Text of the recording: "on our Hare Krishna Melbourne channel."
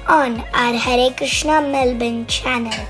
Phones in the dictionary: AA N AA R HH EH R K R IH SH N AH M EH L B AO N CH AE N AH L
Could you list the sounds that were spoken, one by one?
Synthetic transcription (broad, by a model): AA N AA R HH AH R K R IH SH N AH M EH L B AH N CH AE N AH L